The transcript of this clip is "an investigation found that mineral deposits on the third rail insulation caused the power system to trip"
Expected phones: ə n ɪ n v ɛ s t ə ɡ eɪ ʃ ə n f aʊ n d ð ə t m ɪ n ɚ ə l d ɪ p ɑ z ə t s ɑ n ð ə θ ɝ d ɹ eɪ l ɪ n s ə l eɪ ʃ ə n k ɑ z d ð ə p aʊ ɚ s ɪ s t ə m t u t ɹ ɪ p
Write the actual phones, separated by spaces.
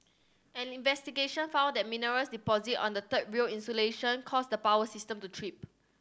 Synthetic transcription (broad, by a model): ə n ɪ n v ɛ s t ə ɡ eɪ ʃ ə n f aʊ n d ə t m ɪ n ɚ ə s d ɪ p ɑ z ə t ɑ n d ə t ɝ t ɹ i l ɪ n s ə l eɪ ʃ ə n k ɑ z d ə p aʊ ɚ s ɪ s t ə m t u t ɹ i p